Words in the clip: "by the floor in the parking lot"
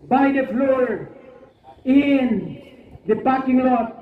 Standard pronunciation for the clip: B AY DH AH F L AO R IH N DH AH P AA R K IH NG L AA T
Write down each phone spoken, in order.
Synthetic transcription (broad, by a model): B AY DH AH F L AO R IH N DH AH B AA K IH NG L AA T